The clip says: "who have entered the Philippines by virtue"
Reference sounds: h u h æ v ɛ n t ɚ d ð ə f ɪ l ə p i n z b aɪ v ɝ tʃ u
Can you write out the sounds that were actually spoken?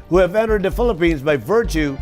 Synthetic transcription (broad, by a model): h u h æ v ɛ n t ɚ d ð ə f ɪ l ə p i n z b aɪ v ɝ tʃ u